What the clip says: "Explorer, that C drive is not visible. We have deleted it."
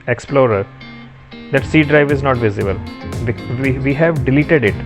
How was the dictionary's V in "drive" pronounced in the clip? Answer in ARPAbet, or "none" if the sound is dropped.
V